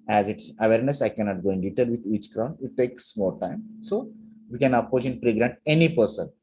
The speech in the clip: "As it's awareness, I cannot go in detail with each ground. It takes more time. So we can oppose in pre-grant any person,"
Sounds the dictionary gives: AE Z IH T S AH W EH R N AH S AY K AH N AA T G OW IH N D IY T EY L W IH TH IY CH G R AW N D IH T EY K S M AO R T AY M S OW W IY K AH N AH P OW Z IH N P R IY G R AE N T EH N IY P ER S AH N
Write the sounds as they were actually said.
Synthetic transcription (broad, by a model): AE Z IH T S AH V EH R N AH S AY K AH N AA T G OW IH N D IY T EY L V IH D IY CH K R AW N IH T EY K S M AO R T AY M S OW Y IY K AH N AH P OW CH IH N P R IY G R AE N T EH N IY P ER S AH N